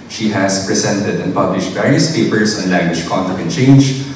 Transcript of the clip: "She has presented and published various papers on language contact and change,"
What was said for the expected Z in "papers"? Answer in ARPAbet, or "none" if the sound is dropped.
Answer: S